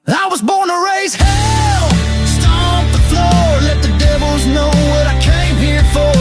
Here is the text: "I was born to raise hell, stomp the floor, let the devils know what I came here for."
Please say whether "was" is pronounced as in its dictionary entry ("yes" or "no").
yes